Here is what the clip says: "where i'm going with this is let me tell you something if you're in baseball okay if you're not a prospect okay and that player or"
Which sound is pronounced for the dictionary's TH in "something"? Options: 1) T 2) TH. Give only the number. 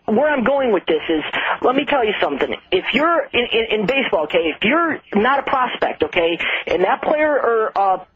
2